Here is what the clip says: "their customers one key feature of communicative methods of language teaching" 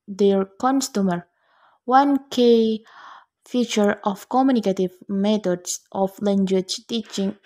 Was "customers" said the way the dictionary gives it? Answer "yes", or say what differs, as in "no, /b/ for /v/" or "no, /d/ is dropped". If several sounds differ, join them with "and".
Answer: no, /z/ is dropped